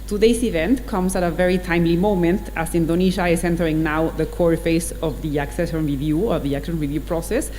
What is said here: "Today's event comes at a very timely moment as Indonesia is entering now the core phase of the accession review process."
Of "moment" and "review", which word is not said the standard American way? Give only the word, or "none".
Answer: none